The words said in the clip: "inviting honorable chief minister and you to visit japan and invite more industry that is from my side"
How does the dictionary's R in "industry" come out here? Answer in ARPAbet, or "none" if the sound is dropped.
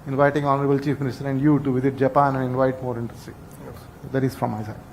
none